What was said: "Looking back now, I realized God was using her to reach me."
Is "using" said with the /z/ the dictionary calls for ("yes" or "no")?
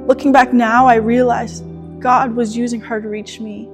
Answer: yes